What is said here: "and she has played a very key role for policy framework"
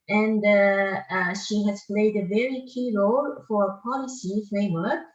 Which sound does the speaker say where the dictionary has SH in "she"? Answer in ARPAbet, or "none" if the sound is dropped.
SH